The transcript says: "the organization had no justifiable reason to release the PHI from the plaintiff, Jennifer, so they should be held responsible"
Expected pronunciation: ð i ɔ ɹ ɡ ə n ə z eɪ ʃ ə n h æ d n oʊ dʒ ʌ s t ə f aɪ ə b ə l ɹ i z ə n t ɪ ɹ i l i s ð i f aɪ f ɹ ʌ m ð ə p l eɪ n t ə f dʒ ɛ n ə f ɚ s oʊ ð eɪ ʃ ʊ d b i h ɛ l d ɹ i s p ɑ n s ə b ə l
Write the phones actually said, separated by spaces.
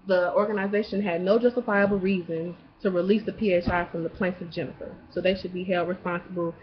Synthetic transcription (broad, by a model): ð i ɔ ɹ ɡ ə n ə z eɪ ʃ ə n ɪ d n oʊ dʒ ʌ s t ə f aɪ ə b l ɹ i z ə n t ɪ ɹ i l i s ð i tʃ aɪ f ɹ ʌ m ð ə p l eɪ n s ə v dʒ ɛ n ə f ɚ s oʊ ð eɪ ʃ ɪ d b i h ɛ l d ɹ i s p ɑ n s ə b l